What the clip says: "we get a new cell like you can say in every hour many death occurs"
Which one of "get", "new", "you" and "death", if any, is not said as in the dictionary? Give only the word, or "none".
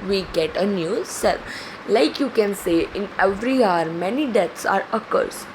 death